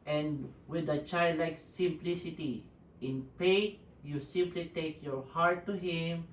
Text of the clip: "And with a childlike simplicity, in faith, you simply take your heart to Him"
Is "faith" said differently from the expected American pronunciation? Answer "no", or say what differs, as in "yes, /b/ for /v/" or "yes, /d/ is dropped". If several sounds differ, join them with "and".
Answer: yes, /p/ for /f/ and /t/ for /θ/